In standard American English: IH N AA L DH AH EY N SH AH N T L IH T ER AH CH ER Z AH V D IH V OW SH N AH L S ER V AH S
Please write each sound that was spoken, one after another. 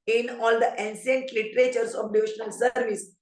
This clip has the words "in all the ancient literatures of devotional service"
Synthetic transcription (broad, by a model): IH N AA L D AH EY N S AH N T L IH T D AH CH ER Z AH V D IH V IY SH N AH L S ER V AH S